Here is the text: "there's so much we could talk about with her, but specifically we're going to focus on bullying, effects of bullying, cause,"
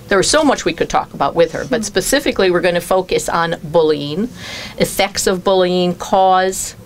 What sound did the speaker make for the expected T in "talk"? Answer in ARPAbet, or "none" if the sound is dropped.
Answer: T